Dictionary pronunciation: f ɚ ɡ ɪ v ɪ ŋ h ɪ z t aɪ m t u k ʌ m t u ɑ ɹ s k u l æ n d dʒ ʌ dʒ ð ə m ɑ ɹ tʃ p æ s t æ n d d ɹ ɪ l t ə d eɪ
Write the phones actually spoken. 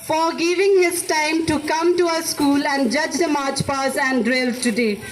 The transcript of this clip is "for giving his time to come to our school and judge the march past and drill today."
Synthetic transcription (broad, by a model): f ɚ ɡ ɪ v ɪ ŋ h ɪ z t aɪ m t u k ʌ m t u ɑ s k u l æ n d dʒ ʌ dʒ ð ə m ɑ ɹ tʃ p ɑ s æ n d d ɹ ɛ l t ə d eɪ